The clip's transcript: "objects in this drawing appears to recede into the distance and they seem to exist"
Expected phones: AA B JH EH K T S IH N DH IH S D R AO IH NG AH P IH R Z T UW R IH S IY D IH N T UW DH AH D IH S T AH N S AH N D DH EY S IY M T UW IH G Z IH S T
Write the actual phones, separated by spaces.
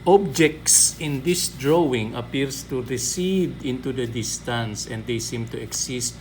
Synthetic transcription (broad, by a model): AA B JH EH K T S IH N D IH S D R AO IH NG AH P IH R S T UW R IH S IY D IH N T UW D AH D IH S T AH N S AH N D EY S IY M T UW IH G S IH S T